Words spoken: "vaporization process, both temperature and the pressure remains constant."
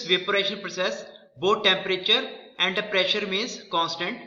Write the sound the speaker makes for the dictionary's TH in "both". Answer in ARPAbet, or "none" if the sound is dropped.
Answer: T